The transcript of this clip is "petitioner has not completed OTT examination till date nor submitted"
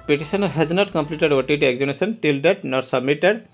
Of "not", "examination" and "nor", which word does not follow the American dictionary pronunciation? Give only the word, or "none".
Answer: examination